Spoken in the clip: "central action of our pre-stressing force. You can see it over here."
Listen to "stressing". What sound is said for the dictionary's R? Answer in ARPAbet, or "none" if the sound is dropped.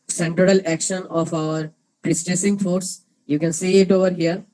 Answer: none